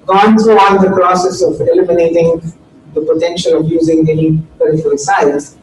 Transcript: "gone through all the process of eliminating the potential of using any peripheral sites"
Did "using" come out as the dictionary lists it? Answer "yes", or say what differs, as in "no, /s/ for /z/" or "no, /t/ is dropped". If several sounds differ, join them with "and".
yes